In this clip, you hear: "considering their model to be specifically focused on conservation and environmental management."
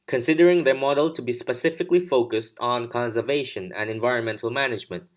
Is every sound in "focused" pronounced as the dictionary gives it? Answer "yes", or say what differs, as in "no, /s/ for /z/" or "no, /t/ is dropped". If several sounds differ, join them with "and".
yes